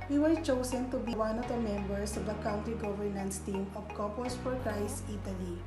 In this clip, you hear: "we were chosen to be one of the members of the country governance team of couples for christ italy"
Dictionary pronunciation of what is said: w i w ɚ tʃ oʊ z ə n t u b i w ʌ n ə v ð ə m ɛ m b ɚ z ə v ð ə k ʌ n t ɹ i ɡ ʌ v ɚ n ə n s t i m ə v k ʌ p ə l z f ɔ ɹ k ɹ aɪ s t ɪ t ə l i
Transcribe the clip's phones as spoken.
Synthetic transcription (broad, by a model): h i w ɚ tʃ oʊ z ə n t u b i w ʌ n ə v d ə m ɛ m b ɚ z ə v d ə k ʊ n t ɹ i ɡ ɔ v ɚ n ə n s t i m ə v k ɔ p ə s f ɔ ɹ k ɹ aɪ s i t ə l i